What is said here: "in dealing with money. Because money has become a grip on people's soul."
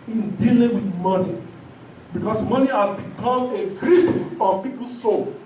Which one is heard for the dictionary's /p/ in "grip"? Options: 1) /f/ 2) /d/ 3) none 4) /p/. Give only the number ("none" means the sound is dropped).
1